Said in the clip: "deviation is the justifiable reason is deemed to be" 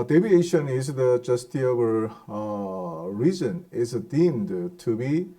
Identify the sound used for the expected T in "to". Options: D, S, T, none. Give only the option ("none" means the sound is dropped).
T